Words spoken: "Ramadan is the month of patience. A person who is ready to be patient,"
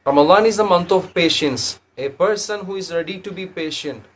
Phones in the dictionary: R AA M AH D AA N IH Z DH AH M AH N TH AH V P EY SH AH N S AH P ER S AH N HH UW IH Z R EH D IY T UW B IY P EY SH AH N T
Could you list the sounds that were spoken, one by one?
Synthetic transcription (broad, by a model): R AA M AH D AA N IH Z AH M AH N T AH V P EY SH AH N S AH P ER S AH N HH UW IH Z R EH D IY T UW B IY P EY SH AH N T